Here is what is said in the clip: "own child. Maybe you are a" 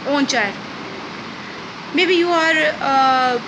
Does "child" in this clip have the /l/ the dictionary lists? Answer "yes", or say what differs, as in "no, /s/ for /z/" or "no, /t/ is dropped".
no, /l/ is dropped